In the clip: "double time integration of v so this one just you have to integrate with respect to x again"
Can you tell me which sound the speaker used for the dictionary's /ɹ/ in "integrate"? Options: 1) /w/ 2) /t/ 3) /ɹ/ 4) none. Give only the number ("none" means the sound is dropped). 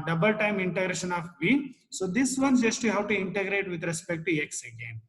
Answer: 3